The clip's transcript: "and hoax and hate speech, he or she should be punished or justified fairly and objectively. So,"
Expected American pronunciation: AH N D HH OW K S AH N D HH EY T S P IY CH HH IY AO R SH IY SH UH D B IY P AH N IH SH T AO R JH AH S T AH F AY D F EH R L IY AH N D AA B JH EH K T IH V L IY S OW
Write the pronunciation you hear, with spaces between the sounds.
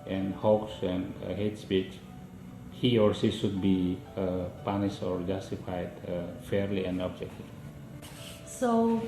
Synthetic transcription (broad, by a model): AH N D HH OW K S AH N D HH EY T S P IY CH HH IY AO R S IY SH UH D B IY P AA N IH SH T AO R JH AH S T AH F AY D F EH R L IY AH N D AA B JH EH K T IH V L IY S OW